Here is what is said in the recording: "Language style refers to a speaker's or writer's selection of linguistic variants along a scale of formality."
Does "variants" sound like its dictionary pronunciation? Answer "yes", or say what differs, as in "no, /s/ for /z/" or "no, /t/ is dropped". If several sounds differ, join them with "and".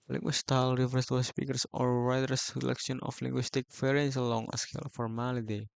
no, /f/ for /v/